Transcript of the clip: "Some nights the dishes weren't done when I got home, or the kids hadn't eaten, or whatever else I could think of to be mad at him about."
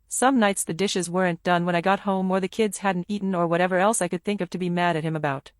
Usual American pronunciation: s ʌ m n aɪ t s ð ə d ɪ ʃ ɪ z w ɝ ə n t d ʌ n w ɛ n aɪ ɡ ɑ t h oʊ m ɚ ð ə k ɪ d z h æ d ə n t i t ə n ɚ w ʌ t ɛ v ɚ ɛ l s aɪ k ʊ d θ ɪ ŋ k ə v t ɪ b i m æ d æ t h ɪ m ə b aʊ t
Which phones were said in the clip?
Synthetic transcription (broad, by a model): s ʌ m n aɪ t s ð ə d ɪ ʃ ɪ z w ɝ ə n d ʌ n w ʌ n aɪ ɡ ɑ t h oʊ m ɚ ð ə k ɪ d z h æ d n t i t n ɚ w ʌ t ɛ v ɚ ɛ l s aɪ k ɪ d θ ɪ ŋ k ə v t ɪ b i m æ d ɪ t h ɪ m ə b aʊ t